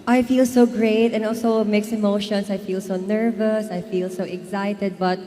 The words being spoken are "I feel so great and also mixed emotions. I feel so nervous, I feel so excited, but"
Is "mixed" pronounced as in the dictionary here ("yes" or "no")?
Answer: no